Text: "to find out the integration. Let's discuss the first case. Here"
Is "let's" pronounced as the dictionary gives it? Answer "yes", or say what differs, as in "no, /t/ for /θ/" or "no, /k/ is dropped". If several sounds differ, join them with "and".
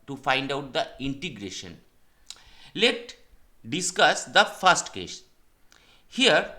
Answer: no, /s/ is dropped